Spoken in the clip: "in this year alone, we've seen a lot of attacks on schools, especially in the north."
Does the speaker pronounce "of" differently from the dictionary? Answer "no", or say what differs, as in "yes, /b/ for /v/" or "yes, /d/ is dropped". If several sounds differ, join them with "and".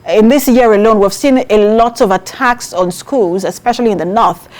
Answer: no